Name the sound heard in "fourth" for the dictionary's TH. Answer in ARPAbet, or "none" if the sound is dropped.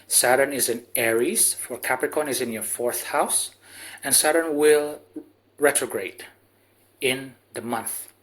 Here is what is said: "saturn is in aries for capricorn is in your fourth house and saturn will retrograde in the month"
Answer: TH